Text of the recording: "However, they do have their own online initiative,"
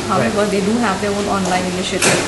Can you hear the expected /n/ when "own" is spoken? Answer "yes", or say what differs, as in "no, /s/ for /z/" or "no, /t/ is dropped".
no, /l/ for /n/